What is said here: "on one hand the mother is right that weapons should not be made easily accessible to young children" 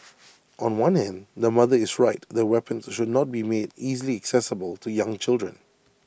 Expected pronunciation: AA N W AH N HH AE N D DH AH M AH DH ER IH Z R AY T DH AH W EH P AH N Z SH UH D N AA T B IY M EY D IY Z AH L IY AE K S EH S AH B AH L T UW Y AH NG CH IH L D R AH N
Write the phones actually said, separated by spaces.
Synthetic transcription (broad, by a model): AA N W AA N HH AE N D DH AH M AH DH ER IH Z R AY T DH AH W EH P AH N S SH UH D N AA T B IY M EY D IY Z AH L IY AE K S EH S AH B AH L T UW Y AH NG CH IH L D R AH N